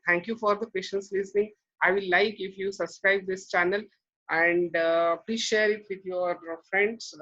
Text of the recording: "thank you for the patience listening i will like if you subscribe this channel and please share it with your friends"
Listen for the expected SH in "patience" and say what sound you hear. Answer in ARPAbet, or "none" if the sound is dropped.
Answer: SH